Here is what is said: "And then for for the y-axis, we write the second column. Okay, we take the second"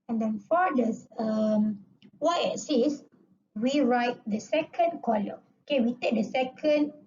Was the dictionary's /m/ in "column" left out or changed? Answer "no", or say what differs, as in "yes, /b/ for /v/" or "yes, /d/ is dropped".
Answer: yes, /m/ is dropped